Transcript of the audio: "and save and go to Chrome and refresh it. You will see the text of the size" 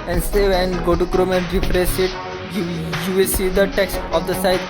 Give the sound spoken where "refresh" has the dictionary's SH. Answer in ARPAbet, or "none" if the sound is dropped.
S